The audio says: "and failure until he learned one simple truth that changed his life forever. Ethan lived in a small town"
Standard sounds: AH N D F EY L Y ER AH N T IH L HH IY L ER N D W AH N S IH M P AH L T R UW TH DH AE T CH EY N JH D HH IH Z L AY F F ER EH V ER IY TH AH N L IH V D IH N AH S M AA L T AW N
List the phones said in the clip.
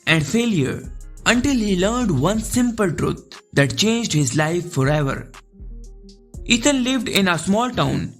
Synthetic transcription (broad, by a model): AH N D F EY L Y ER AH N T IH L HH IY L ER N D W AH N S IH M P AH L T R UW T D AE T CH EY N JH D HH IH Z L AY F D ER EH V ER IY T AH N L IH V D IH N AH S M AA L T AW N